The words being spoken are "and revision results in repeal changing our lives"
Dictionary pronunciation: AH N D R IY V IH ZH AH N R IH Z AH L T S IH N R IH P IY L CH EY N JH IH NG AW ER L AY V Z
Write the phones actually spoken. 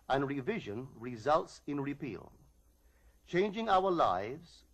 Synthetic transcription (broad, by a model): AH N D R IY V IH ZH AH N R IH Z AH L T S IH N R IH P IY L CH EY N JH IH NG AW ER L AY V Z